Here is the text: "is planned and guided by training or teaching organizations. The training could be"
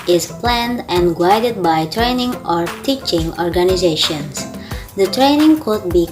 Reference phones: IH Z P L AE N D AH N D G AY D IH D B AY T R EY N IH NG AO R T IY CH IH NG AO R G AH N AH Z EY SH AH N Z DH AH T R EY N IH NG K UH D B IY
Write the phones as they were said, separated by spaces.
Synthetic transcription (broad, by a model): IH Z P L AE N D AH N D G AY D IH D B AY T R EY N IH NG AO R T IY CH IH NG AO R G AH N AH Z EY SH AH N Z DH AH T R EY N IH NG K UH D B IY